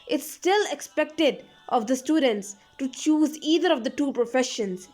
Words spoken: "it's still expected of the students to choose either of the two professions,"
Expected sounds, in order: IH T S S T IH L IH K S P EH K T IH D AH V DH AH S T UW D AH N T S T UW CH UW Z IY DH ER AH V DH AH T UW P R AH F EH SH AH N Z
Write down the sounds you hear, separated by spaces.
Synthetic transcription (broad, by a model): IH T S S T IH L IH K S P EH K T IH D AH V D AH S T UW D AH N T S T UW CH UW Z IY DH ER AH V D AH T UW P R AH F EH SH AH N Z